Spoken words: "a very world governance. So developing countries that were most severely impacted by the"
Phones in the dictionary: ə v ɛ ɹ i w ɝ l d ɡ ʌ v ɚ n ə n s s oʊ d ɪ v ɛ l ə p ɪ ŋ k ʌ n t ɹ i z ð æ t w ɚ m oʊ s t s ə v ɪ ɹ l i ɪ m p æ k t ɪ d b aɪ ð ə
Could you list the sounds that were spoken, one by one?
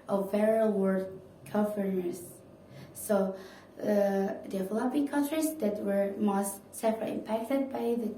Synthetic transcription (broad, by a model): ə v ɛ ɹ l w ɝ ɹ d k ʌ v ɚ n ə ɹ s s oʊ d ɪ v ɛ l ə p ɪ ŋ k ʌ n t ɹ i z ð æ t w ɚ m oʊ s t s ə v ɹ i ɪ m p æ k t ɪ d b aɪ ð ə